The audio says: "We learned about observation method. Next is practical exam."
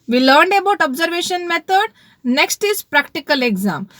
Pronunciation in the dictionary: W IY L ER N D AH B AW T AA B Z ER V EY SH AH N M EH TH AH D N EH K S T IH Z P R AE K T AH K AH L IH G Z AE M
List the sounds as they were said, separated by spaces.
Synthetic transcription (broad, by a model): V IY L ER N D AH B AW T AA B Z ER V EY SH AH N M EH T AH D N EH K S T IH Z P R AE K T AH K AH L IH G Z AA M